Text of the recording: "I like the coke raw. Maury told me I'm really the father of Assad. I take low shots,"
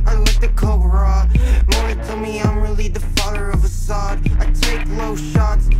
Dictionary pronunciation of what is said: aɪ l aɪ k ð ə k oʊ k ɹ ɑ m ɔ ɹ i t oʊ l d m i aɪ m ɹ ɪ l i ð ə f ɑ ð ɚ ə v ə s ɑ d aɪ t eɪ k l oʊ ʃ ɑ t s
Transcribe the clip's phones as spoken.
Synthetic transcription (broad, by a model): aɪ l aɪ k ð ə k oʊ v ɹ ɑ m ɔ i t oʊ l m i aɪ m ɹ ɪ l i ð ə f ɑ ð ɚ ə v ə s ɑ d aɪ t eɪ k l oʊ ʃ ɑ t s